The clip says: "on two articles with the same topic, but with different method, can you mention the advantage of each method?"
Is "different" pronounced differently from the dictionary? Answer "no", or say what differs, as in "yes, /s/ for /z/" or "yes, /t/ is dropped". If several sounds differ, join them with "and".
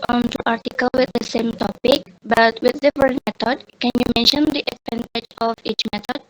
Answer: yes, /ɹ/ is dropped